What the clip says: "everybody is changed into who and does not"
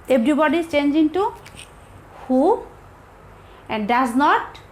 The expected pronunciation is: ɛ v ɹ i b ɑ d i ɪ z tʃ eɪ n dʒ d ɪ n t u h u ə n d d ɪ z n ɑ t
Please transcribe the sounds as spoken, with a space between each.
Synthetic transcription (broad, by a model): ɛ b ɹ i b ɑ d i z tʃ eɪ n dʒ ɪ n t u h u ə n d d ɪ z n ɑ t